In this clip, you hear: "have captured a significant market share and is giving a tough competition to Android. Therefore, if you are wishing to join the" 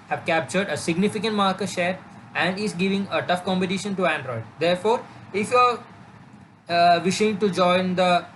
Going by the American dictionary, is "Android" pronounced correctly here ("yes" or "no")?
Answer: yes